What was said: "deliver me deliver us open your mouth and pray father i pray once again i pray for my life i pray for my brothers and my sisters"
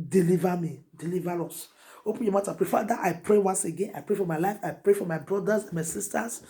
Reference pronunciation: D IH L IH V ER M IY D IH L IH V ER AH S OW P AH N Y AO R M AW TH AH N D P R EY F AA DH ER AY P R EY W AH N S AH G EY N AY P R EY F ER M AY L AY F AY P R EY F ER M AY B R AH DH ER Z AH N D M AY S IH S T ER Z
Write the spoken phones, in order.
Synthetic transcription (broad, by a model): D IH L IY V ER M IY D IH L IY V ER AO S OW P AH N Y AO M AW T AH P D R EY F AA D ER AY P R EY W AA N S AH G EY N AY P R EY F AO M AY L AY F AY P R EY F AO M AY B R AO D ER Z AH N M AY S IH S T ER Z